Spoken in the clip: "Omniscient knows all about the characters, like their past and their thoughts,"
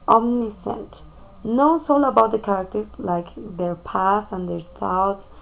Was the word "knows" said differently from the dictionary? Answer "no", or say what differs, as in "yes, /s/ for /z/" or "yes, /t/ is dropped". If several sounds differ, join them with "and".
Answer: yes, /s/ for /z/